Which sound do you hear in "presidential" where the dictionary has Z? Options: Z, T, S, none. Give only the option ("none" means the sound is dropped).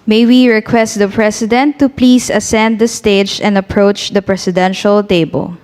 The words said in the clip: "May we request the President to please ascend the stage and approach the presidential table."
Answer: S